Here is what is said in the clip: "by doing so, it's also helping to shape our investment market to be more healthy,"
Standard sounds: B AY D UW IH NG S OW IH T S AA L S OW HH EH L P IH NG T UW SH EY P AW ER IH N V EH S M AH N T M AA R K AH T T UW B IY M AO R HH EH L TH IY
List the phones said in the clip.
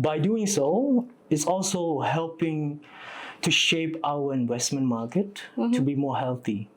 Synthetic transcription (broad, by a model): B AY D UW IH NG S OW IH T S AA L S OW HH EH L P IH NG T UW SH EY P AW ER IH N W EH S M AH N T M AA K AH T T UW B IY M AO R HH EH L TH IY